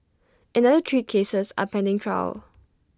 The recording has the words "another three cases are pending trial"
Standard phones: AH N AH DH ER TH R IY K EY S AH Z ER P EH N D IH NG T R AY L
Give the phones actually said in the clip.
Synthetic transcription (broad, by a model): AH N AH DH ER T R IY K EY S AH S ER P EH N D IH NG T R AY L